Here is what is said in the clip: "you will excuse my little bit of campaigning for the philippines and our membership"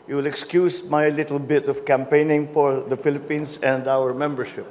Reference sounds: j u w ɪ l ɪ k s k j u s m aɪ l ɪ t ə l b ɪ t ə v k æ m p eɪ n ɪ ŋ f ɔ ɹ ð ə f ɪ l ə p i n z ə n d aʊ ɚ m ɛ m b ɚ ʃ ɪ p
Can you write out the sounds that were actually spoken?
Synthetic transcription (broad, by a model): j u w ɪ l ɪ k s k j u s m aɪ l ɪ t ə l b ɪ t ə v k æ m p eɪ n ɪ ŋ f ɔ ɹ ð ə f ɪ l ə p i n s ə n d aʊ ɚ m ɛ m b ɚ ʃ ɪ p